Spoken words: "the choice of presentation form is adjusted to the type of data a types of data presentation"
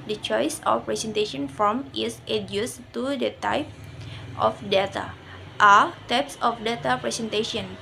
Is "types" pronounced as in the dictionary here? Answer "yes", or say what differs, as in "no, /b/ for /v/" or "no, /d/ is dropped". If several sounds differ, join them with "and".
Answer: yes